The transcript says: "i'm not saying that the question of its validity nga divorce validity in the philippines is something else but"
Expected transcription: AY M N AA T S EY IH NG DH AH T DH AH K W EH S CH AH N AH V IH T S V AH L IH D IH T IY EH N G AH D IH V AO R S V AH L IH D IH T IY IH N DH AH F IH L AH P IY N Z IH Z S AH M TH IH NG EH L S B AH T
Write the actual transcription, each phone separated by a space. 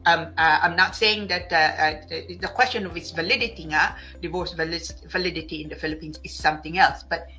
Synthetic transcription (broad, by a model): AY M N AA T S EY IH NG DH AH T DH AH K W EH S CH AH N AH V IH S V AH L IH D IH T IY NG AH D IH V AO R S V AH L IH D IH T IY IH N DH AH F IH L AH P IY N S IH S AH M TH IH NG EH L S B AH T